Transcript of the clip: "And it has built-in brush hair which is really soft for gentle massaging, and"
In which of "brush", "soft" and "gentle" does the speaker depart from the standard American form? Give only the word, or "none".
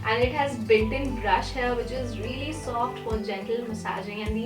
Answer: none